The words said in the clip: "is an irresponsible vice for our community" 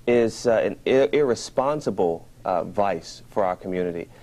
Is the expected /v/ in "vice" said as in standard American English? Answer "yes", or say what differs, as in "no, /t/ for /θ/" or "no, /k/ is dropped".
yes